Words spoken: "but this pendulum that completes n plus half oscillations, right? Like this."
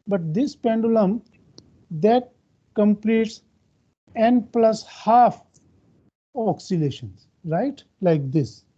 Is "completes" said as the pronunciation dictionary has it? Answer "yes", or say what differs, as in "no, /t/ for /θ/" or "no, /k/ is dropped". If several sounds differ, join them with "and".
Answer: yes